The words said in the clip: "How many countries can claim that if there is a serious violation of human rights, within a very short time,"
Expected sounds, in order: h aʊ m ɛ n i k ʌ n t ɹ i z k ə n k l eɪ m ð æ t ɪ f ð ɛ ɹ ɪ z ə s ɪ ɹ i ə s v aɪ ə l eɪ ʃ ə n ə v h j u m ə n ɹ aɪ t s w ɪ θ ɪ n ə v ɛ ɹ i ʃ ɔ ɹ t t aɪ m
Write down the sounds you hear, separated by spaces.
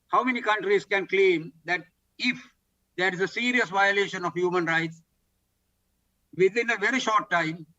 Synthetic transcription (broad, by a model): h aʊ m ɛ n i k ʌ n t ɹ i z k ə n k l eɪ m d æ t ɪ f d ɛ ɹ ɪ z ə s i ɹ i ə s v aɪ ə l eɪ ʃ ə n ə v h j u m ə n ɹ aɪ t s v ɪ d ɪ n ə v ɛ ɹ i ʃ ɔ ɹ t t aɪ m